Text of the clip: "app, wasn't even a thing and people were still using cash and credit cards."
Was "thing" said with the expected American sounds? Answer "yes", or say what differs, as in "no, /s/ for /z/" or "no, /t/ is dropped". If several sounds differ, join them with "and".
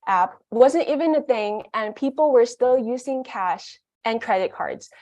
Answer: yes